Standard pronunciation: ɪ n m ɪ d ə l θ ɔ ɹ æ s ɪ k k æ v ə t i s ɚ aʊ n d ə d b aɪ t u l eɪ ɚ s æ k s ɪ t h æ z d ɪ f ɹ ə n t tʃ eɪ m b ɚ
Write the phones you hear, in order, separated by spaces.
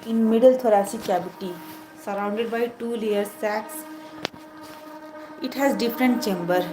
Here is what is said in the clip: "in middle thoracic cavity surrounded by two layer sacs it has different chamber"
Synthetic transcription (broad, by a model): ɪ n m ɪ d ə l t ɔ ɹ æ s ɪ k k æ b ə t i s ɚ aʊ n d ə d b aɪ t u l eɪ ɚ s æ k s ɪ t h æ z d ɪ f ɹ ə n t tʃ eɪ m b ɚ